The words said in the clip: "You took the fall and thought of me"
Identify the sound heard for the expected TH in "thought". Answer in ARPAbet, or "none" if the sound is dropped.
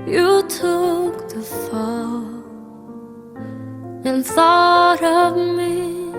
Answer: TH